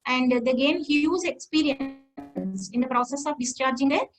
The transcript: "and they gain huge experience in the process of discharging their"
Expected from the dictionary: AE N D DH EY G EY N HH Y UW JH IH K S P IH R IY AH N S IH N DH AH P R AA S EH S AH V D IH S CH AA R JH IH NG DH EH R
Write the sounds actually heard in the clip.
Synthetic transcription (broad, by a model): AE N D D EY G EY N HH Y UW Z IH K S P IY R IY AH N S IH N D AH P R AA S EH S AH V D IH S CH AA R JH IH NG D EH